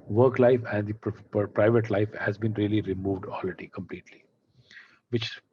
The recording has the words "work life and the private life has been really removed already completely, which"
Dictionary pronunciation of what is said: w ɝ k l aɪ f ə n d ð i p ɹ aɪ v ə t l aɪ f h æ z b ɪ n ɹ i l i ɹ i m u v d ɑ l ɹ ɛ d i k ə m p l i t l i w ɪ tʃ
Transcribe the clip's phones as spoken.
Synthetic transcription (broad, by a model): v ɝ k l aɪ f ə n d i p ɹ aɪ v ə t l aɪ f h æ z b ɪ n ɹ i l i ɹ i m u v d ɑ l ɹ ɛ d i k ə m p l i t l i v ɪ tʃ